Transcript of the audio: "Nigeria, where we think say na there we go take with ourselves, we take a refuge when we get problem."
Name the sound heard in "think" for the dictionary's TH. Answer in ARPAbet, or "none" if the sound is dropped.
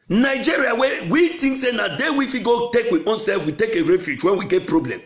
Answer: T